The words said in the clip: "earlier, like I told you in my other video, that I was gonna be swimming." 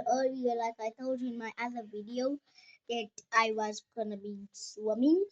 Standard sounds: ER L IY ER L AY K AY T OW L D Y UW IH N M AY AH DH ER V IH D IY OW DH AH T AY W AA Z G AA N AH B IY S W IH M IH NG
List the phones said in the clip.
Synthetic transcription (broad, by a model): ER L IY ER L AY K AY T OW L D IH N M AY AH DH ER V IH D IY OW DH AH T AY W AA Z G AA N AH B IY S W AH M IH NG